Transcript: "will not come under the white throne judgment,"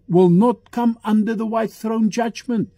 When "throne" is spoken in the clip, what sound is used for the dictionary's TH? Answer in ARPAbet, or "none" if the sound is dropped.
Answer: TH